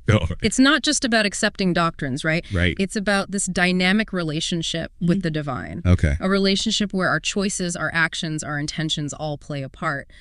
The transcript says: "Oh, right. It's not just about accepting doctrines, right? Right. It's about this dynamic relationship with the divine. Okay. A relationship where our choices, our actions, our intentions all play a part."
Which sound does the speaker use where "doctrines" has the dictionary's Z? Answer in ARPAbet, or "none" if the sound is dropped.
Z